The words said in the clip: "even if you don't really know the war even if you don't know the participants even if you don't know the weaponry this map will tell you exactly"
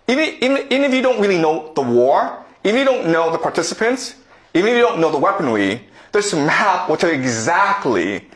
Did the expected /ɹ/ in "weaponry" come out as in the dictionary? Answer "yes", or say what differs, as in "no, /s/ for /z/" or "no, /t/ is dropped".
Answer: no, /w/ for /ɹ/